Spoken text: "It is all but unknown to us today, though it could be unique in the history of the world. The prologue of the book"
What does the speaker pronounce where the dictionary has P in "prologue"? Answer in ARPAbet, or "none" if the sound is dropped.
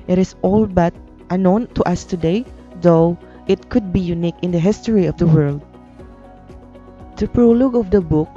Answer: P